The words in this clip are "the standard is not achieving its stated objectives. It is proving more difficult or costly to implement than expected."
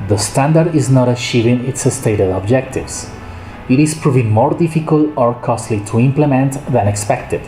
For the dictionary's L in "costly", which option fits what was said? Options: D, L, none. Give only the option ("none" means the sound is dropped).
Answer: L